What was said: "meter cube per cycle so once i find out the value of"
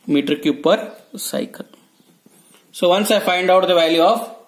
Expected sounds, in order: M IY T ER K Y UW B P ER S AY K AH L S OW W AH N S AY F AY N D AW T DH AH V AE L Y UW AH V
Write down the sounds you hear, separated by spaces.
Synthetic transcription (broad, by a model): M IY T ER K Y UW P ER S AY K AH L S OW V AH N S AY F AY N D AW T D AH V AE L Y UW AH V